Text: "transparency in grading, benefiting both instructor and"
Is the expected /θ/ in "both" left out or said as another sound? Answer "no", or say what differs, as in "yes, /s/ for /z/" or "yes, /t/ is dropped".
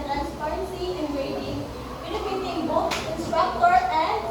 yes, /s/ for /θ/